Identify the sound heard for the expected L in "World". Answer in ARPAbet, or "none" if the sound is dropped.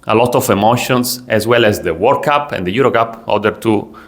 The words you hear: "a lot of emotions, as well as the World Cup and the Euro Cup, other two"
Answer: none